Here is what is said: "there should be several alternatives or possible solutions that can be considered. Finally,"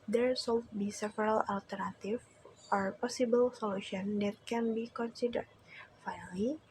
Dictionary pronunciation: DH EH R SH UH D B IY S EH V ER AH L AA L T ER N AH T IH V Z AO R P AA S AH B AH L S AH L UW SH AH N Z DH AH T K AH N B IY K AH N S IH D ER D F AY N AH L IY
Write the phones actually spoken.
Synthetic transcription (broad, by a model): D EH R S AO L B IY S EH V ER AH L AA L T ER N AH T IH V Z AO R P AA S AH B AH L S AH L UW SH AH N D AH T K AH N B IY K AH N S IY D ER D F AY N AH L IY